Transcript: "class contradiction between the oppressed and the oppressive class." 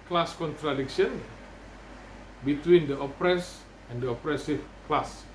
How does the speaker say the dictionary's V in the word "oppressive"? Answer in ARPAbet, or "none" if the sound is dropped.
F